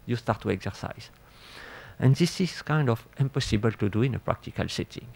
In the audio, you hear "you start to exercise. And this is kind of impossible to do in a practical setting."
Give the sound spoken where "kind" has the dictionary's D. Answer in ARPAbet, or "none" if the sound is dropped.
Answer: D